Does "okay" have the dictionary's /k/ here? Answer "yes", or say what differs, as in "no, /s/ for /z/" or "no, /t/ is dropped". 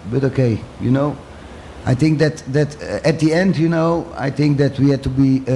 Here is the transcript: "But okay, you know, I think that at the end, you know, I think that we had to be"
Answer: yes